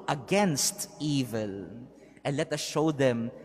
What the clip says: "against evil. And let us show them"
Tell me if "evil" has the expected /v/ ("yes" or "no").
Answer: yes